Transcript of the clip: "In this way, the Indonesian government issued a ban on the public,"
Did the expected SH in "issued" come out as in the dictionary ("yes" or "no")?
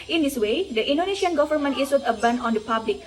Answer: no